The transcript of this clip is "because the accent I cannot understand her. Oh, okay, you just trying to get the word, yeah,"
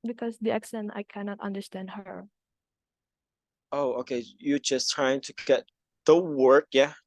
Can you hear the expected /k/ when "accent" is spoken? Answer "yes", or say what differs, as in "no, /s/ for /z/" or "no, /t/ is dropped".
yes